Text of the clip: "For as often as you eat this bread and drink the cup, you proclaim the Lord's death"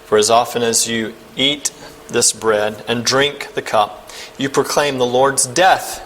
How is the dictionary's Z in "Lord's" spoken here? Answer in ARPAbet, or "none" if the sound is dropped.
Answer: Z